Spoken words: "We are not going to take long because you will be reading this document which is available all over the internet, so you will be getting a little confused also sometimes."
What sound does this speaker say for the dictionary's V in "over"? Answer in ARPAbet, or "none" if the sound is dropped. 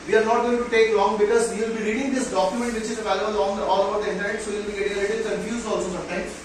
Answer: B